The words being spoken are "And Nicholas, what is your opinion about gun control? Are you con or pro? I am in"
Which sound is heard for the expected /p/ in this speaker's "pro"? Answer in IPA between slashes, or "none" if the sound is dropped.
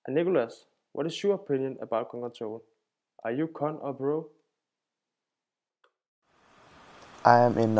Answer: /b/